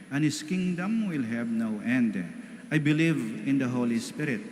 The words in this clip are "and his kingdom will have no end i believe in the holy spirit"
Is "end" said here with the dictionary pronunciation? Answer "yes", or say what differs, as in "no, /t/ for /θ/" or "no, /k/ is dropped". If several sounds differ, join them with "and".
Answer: yes